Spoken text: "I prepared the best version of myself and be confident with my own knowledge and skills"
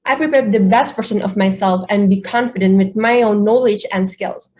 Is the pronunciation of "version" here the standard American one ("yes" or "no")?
no